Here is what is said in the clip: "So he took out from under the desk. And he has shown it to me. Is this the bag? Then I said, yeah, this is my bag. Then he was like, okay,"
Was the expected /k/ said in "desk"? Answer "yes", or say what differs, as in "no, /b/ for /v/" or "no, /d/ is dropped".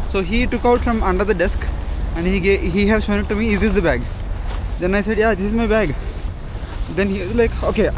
yes